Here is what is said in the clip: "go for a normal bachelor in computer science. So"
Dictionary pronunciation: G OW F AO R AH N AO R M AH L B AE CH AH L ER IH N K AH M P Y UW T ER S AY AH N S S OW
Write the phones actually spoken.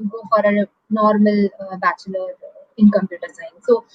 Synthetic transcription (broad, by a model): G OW F AO R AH N AO R M AH L B AE CH AH L ER IH N K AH M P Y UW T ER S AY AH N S S OW